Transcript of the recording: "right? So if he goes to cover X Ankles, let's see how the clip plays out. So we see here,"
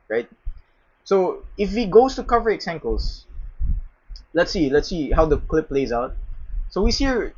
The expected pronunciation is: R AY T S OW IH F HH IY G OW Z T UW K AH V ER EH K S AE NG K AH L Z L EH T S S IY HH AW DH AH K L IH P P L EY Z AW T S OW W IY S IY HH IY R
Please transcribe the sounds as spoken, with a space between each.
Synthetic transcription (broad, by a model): R AY T S OW IH F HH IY G OW S T UW K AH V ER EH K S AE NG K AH L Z L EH T S S IY HH AW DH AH K L IH P P L EY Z AW T S OW W IY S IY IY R